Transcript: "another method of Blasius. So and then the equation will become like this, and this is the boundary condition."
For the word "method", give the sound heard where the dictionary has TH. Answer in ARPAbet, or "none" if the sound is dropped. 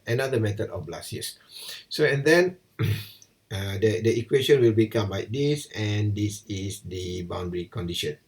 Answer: T